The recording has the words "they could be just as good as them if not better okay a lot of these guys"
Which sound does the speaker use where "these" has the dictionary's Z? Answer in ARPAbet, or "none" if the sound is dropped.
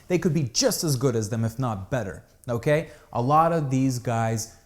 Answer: Z